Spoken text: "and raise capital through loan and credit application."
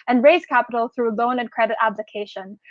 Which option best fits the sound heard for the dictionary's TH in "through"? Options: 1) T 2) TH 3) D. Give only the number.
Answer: 2